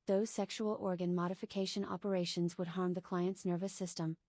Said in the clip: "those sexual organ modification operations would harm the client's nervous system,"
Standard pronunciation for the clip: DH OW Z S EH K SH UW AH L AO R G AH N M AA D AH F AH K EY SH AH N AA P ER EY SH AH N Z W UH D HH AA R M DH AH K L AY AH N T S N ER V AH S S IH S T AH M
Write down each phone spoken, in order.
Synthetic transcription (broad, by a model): DH OW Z S EH K SH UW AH L AO R G AH N M AA D AH F AH K EY SH AH N AA P ER EY SH AH N Z W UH D HH AA R M DH AH K L AY AH N T S N ER V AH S S IH S T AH M